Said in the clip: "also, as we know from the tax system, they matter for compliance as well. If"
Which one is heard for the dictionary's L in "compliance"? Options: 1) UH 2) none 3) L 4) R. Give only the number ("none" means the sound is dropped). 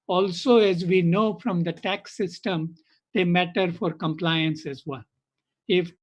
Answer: 3